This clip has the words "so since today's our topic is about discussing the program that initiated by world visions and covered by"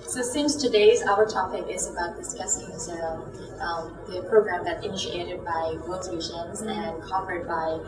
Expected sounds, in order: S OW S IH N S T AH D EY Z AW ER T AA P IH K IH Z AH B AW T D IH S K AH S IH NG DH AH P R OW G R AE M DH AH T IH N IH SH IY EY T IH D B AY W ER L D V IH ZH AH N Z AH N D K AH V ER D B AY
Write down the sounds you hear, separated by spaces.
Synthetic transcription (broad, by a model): S OW S IH N S T AH D EY Z AW ER T AA P IH K IH Z AH B AW T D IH S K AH S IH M DH AH P R OW G R AE M DH AH T IH N IH SH IY EY T IH D B AY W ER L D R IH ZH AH N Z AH N K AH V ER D B AY